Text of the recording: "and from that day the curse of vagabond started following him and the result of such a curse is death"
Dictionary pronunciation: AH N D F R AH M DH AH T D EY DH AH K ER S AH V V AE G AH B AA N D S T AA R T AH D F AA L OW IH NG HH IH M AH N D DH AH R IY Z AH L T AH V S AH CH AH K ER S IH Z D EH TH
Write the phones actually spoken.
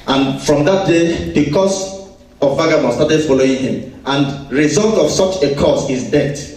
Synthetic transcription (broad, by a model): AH N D F R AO M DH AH T D EY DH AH K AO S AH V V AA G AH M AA S T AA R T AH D F AA L OW IH NG HH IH M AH N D R IY Z AH L T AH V S AH CH AH K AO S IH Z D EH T